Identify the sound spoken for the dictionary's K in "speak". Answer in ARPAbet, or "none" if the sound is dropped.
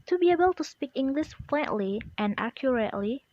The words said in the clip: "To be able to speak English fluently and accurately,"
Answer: K